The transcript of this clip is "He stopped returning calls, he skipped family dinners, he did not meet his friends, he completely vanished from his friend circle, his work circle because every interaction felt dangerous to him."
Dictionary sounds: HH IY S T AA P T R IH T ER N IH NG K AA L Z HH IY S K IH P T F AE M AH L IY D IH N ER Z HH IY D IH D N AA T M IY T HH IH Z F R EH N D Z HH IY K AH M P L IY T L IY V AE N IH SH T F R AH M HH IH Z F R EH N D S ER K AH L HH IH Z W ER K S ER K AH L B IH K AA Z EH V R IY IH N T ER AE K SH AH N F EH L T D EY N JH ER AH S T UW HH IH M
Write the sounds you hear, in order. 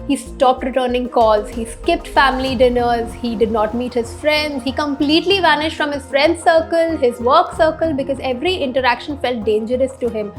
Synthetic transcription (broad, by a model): HH IY S T AA P T R IH T ER N IH NG K AA L Z HH IY S K IH P T F AE M AH L IY D IH N ER Z HH IY D IH D N AA T M IY T HH IH Z F R EH N D Z HH IY K AH M P L IY T L IY V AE N IH SH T F R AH M HH IH Z F R EH N D S ER K AH L HH IH Z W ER K S ER K AH L B IH K AA Z EH V R IY IH N T ER AE K SH AH N F EH L T D EY N JH ER AH S T UW HH IH M